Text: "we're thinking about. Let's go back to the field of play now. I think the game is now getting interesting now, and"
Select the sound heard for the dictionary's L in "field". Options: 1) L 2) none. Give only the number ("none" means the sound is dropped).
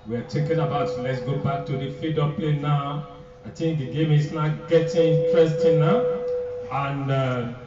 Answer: 2